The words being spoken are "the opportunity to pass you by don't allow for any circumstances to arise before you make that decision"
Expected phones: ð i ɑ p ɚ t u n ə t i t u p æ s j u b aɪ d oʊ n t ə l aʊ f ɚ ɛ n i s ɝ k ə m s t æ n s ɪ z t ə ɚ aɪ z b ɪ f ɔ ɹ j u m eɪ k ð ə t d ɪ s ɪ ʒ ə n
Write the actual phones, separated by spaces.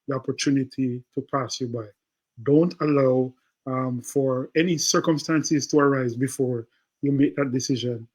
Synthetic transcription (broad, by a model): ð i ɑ p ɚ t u n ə t i t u p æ s j u b aɪ d oʊ n t ə l aʊ f ɚ ɛ n i s ɝ k ə m s t æ n s ɪ z t ə ɚ aɪ z b ɪ f ɔ ɹ j u m eɪ k ð ə t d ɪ s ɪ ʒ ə n